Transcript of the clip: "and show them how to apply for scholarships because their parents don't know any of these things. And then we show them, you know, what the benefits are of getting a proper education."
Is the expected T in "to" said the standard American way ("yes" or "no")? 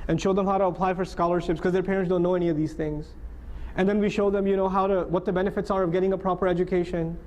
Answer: yes